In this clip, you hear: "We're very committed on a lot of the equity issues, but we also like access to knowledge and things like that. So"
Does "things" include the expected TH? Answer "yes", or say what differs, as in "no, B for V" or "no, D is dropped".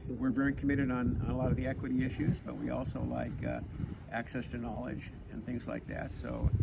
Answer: yes